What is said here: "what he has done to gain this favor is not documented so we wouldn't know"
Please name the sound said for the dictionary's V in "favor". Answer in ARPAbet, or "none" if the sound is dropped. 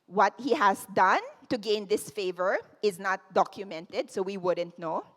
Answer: V